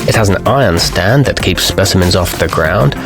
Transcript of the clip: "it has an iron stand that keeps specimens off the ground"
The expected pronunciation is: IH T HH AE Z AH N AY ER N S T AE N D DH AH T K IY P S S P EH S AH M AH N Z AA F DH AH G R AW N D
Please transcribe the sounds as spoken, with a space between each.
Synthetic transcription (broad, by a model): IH T HH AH Z AH N AY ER N S T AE N DH AH T K IY P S S P EH S AH M AH N Z AA F DH AH G R AW N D